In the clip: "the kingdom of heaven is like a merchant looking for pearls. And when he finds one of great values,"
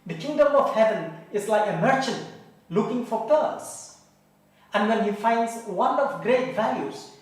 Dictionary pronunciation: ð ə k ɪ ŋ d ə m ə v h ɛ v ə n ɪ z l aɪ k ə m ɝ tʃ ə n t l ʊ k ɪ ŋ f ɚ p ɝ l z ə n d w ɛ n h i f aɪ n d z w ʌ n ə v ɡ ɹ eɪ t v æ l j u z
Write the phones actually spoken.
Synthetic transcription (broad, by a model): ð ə k ɪ ŋ d ə m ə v h ɛ v ə n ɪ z l aɪ k ə m ɝ tʃ ə n t l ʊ k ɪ ŋ f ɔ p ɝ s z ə n w ɛ n h i f aɪ n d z w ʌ n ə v ɡ ɹ eɪ t v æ l j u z